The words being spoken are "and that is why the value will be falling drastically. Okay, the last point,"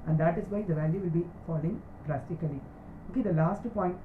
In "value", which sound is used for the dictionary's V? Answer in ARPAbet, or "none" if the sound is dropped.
V